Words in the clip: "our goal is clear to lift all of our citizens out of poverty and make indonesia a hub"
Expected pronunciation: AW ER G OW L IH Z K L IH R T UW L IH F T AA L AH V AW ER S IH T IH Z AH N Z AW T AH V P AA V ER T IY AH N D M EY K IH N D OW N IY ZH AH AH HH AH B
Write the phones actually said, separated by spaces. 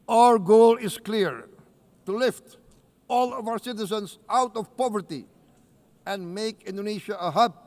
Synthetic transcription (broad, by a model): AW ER G OW L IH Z K L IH R T UW L IH F T AA L AH V AW ER S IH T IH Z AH N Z AW T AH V P AA V ER T IY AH N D M EY K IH N D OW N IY SH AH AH HH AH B